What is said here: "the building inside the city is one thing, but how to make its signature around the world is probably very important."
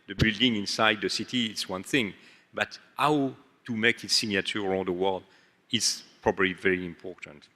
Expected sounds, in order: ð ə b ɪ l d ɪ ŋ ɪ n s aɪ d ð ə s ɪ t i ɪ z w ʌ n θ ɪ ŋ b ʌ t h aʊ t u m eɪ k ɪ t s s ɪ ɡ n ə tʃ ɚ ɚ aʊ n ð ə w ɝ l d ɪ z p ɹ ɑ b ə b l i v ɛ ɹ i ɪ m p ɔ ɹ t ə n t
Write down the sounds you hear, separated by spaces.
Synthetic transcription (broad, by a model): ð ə b ɪ l d ɪ ŋ ɪ n s aɪ d ð ə s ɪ t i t s w ʌ n θ ɪ ŋ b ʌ t h aʊ t u m eɪ k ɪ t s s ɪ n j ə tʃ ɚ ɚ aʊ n ð ə w ɝ l d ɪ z p ɹ ɑ b ə b l i v ɛ ɹ i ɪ m p ɔ ɹ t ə n t